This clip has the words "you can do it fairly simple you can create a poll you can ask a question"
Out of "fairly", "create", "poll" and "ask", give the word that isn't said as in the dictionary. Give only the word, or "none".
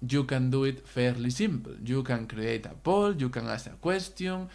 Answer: ask